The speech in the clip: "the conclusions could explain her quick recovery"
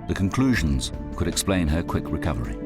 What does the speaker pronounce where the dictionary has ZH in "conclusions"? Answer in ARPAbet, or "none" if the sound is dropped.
ZH